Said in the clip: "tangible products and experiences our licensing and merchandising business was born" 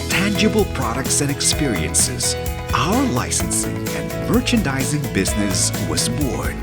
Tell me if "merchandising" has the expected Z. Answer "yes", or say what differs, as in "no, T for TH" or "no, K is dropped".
yes